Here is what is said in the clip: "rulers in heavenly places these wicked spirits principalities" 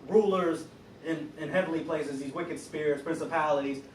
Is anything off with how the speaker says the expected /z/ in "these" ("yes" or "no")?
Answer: no